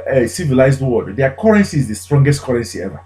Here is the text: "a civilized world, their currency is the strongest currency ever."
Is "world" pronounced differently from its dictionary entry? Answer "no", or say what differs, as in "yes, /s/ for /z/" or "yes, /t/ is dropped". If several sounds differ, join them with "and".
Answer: yes, /l/ is dropped